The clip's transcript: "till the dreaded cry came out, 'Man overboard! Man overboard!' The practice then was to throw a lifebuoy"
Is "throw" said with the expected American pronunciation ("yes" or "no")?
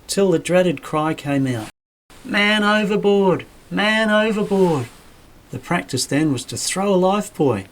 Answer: yes